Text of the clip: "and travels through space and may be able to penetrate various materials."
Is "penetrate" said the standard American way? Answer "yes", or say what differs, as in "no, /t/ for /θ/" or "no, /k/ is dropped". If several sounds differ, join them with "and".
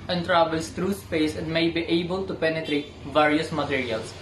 yes